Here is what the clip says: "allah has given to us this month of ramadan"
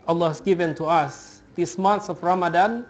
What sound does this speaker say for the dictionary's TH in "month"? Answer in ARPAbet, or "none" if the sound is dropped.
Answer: S